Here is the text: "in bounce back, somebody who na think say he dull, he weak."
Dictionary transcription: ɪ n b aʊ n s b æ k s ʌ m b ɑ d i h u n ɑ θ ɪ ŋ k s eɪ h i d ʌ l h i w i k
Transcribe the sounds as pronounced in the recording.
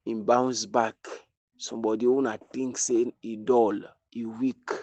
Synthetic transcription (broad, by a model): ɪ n b aʊ n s b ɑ k s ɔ m b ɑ d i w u n ɑ t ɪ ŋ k s eɪ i d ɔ l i w i k